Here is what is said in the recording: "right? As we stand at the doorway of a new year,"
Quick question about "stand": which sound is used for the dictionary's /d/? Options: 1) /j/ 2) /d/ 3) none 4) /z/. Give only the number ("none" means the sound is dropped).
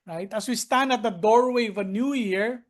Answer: 2